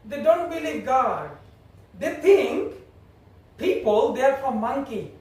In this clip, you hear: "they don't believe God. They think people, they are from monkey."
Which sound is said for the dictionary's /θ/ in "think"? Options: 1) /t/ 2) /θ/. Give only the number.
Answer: 1